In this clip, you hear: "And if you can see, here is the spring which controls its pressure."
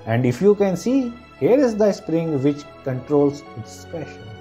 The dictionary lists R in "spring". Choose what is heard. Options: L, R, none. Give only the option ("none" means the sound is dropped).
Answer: R